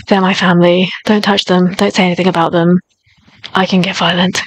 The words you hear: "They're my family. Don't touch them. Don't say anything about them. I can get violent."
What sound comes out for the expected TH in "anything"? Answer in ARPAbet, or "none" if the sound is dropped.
TH